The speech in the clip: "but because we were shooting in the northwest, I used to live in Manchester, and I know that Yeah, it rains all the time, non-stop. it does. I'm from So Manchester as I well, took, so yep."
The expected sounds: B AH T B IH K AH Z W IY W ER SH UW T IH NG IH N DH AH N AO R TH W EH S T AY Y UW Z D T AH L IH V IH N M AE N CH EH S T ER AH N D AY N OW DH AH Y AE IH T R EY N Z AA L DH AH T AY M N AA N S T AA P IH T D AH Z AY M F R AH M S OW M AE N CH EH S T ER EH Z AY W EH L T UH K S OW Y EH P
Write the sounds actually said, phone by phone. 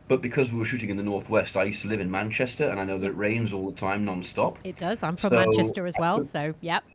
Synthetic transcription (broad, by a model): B AH T B IH K AH Z W IY W ER SH UW T IH NG IH N DH AH N AO R TH W EH S T AY Y UW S T AH L IH V IH N M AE N CH EH S T ER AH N AY N OW DH AH IH T R EY N Z AA L DH AH T AY M N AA N S T AA P IH T D AH Z AY M F R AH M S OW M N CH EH S T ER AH Z W EH L S OW Y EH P